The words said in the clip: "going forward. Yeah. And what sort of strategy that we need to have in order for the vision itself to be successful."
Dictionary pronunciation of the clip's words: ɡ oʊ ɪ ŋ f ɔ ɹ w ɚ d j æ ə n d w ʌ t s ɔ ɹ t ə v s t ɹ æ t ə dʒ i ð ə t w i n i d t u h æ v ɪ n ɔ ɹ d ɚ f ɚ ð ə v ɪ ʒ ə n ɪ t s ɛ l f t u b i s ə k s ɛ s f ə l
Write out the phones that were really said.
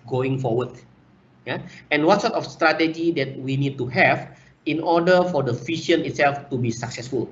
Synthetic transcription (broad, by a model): ɡ oʊ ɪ ŋ f ɔ w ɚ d j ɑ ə n w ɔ t s ɔ t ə f s t ɹ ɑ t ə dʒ i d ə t w i n i d t u h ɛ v ɪ n ɔ d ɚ f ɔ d ə f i ʃ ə n ɪ t s ɛ l f t u b i s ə k s ɛ s f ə l